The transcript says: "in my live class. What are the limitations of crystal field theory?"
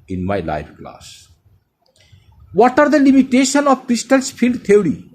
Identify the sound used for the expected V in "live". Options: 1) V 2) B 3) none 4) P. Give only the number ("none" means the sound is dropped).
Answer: 4